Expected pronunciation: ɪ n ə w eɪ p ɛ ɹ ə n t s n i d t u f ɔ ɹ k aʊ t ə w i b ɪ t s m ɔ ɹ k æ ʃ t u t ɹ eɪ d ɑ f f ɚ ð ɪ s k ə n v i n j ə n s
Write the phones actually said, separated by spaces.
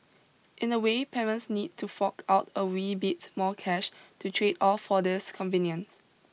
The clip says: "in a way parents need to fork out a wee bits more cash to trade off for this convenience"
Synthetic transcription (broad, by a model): ɪ n ə w eɪ p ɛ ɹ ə n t s n i d t u f ɔ k aʊ t ə w i b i t m ɔ k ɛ ʃ t u t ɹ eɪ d ɑ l f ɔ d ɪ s k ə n v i n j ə n s